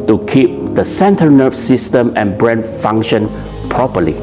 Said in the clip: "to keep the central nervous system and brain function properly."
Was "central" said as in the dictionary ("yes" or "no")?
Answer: no